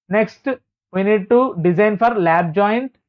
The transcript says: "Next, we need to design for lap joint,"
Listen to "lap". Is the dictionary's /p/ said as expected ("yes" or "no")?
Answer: no